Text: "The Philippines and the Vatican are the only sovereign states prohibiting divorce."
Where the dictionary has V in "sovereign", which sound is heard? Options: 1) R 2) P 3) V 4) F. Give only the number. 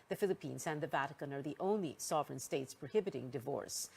3